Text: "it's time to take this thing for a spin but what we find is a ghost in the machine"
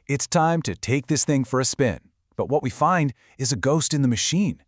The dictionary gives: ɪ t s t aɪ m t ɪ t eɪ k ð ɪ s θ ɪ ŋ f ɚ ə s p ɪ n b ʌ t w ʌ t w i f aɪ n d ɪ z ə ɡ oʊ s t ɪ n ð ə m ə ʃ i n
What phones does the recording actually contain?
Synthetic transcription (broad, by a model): ɪ t s t aɪ m t ɪ t eɪ k ð ɪ s θ ɪ ŋ f ɚ ə s p ɪ n b ʌ t w ʌ t w i f aɪ n d ɪ z ə ɡ oʊ s t ɪ n ð ə m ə ʃ i n